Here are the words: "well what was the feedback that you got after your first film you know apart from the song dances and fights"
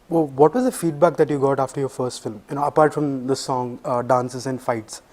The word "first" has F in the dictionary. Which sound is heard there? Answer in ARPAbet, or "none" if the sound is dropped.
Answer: F